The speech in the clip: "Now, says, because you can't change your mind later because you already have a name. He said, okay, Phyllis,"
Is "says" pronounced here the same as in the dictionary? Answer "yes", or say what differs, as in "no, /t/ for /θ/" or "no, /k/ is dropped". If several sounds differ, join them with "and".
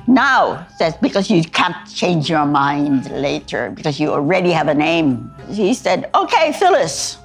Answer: no, /s/ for /z/